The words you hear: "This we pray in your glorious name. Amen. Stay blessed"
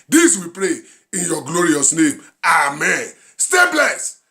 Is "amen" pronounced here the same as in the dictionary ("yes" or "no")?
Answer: yes